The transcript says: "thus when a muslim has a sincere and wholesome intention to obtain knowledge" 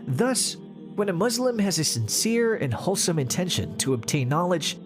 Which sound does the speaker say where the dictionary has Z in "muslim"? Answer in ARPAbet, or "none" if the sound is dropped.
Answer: Z